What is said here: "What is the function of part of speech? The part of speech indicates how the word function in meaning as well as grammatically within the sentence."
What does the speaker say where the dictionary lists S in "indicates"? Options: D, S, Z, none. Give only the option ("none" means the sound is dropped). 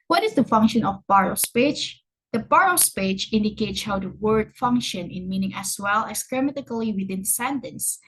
S